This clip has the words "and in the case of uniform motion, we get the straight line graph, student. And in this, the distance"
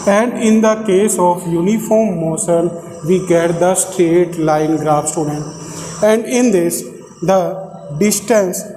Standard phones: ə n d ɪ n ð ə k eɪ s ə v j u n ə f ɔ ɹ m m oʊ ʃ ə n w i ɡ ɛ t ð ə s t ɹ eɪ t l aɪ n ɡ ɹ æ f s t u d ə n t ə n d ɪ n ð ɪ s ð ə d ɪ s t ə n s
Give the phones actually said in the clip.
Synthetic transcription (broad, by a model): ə n d ɪ n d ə k eɪ s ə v j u n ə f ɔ ɹ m m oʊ s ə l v i ɡ ɛ t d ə s t ɹ eɪ t l aɪ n ɡ ɹ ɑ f s t u d ə n t ə n d ɪ n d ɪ s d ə d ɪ s t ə n s